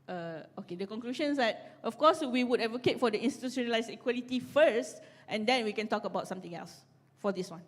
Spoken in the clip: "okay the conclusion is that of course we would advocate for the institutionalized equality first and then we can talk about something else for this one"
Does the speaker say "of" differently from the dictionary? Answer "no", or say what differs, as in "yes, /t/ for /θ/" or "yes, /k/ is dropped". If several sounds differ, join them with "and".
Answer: yes, /f/ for /v/